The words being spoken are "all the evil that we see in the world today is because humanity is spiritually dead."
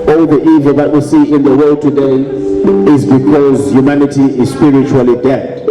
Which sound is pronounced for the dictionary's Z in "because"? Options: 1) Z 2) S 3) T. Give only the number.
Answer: 1